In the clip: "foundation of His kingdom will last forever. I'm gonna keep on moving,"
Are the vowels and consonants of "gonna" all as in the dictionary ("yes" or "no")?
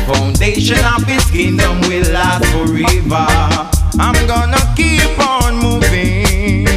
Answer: yes